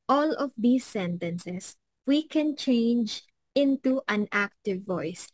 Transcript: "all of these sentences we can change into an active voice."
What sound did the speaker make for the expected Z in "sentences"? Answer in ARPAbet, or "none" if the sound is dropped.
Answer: S